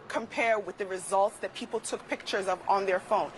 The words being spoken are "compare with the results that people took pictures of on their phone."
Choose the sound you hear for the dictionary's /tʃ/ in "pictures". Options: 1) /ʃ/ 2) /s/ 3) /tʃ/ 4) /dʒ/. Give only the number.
3